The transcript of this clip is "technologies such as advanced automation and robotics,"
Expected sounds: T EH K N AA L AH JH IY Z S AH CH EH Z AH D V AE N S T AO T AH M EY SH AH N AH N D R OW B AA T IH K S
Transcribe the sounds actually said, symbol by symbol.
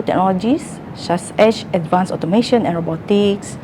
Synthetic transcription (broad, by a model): T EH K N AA L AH JH IY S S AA S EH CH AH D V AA N S AO T AH M EY SH AH N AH N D R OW B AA T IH K S